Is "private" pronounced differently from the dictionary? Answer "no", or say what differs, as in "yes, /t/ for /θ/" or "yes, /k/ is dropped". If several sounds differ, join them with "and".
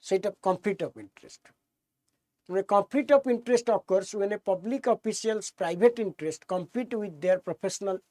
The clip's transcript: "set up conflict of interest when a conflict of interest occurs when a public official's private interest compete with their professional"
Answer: yes, /b/ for /v/